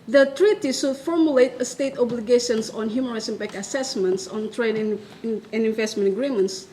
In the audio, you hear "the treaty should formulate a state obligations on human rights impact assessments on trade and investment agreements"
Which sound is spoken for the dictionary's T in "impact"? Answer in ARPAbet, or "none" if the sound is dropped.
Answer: none